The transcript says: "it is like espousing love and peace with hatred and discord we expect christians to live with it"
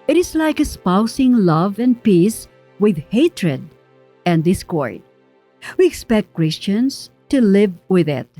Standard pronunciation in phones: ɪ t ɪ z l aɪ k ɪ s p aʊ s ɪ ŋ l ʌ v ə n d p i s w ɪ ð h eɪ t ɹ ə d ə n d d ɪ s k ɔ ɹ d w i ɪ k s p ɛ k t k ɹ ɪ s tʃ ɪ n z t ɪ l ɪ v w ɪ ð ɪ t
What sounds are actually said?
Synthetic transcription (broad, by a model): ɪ t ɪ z l aɪ k ɪ s p aʊ s ɪ ŋ l ʌ v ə n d p i s w ɪ ð h eɪ t ɹ ə d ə n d d ɪ s k ɔ ɹ d w i ɪ k s p ɛ k t k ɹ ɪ s tʃ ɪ n s t ɪ l ɪ v w ɪ ð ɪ t